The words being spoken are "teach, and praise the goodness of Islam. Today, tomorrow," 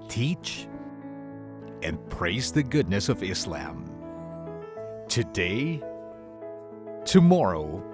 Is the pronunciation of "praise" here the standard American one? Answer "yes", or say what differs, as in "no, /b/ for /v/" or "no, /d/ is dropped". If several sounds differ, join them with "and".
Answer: yes